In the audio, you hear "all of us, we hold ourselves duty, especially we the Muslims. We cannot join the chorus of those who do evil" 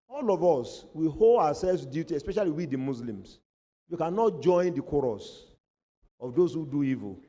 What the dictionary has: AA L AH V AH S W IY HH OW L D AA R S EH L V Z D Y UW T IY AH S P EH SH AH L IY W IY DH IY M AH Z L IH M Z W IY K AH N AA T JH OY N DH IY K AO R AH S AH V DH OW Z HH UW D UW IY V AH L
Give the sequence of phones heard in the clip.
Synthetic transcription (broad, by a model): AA L AH V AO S W IY HH OW L D AA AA S EH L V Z D Y UW T IY AH S P EH SH AH L IY W IY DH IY M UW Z L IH M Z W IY K AH N AA T JH OY N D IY K AO R AH S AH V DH OW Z HH UW D UW IY V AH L